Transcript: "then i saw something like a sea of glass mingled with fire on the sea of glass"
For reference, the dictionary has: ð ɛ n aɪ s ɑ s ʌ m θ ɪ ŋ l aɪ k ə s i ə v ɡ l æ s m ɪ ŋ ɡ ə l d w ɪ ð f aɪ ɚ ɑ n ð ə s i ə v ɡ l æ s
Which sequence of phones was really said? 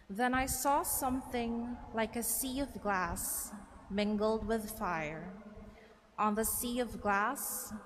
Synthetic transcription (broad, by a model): ð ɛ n aɪ s ɑ s ʌ m θ ɪ ŋ l aɪ k ə s i ə v ɡ l æ s m ɪ ŋ ɡ l d w ɪ ð f aɪ ɚ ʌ n ð ə s i ə v ɡ l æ s